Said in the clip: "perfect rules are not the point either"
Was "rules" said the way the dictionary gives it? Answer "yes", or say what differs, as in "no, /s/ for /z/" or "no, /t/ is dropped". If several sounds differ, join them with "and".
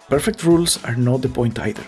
no, /s/ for /z/